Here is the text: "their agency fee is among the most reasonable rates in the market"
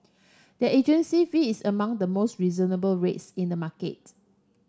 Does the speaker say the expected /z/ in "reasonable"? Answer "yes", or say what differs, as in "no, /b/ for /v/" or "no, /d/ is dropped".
yes